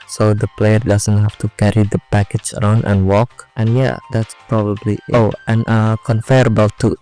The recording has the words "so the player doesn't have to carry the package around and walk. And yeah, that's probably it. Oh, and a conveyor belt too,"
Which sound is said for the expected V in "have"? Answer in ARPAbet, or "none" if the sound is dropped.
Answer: F